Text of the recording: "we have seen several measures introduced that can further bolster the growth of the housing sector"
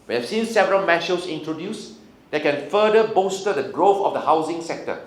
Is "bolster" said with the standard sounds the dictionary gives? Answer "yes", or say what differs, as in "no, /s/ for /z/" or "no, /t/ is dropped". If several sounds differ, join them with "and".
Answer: no, /l/ is dropped